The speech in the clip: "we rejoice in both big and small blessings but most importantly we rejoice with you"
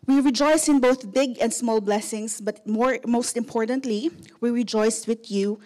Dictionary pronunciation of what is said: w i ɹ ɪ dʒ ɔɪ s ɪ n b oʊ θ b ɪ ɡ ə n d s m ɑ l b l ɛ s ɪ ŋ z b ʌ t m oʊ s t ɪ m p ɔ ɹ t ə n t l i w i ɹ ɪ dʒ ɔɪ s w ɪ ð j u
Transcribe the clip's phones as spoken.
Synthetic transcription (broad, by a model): w i ɹ ɪ dʒ ɔɪ s ɪ n b oʊ θ b ɪ ɡ ə n d s m ɑ l b l ɛ s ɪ ŋ s b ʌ t m oʊ s t ɪ m p ɔ ɹ t ə n t l i w i ɹ ɪ dʒ ɔɪ s w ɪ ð j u